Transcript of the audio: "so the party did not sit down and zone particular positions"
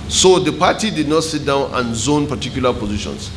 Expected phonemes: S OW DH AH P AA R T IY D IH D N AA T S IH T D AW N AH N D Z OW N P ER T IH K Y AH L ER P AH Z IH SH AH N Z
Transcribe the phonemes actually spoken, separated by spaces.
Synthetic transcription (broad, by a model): S OW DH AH P AA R T IY D IH D N AA T S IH T D AW N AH N Z OW N P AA T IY K Y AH L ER P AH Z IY SH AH N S